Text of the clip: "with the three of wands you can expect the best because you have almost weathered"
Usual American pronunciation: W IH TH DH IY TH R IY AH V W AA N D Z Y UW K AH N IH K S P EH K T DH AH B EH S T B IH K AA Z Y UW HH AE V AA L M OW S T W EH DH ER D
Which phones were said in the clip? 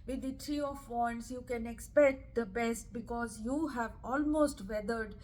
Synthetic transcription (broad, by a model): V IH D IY T R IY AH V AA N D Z Y UW K AH N IH K S P EH K T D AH B EH S T B IH K AA Z Y UW HH AE V AA L M OW S T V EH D ER D